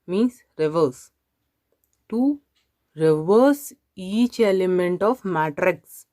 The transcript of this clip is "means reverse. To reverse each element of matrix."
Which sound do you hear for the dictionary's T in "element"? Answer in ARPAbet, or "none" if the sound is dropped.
T